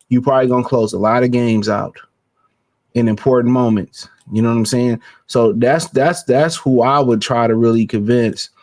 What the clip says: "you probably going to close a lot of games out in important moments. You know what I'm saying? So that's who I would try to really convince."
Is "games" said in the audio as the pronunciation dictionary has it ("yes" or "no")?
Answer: yes